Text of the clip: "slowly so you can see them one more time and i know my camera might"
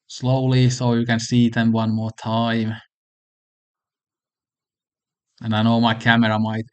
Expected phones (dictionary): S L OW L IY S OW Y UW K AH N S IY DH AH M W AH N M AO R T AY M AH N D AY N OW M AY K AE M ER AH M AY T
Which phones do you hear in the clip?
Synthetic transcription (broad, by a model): S L OW L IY S OW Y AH K AH N S IY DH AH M W AH N M AO T AY M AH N AY N OW M AY K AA M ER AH M AY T